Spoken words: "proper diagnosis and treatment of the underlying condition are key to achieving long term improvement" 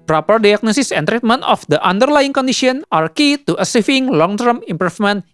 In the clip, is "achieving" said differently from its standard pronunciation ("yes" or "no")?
yes